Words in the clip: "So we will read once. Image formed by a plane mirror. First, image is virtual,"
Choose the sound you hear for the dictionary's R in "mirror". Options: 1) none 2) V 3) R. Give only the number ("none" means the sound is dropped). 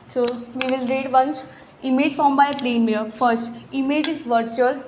1